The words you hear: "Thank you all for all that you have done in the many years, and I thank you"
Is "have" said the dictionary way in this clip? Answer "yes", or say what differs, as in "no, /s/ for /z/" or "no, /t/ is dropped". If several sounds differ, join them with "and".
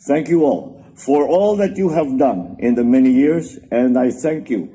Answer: yes